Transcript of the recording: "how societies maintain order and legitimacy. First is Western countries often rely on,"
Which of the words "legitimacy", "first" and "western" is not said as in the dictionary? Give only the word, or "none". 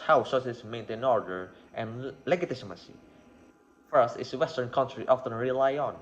legitimacy